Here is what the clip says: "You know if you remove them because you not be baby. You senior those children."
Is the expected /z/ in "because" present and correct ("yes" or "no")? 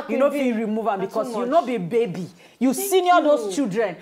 no